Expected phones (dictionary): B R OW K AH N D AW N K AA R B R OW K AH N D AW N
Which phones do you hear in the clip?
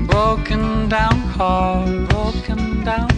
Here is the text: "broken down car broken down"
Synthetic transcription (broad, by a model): B R OW K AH N D AW N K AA L B R OW K AH N D AW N